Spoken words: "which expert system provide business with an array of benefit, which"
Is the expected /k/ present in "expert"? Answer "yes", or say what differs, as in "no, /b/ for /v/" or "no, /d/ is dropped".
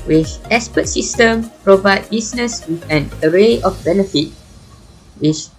no, /k/ is dropped